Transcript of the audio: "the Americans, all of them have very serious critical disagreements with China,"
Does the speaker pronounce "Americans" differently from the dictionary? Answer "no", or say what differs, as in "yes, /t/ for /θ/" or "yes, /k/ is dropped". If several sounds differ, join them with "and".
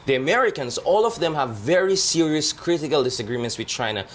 yes, /s/ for /z/